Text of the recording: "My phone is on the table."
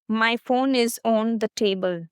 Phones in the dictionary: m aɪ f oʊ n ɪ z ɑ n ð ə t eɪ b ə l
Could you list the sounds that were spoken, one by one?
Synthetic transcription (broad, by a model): m aɪ f oʊ n ɪ z ɑ n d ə t eɪ b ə l